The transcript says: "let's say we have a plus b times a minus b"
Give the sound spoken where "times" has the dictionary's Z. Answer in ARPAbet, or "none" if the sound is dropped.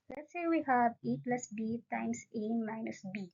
S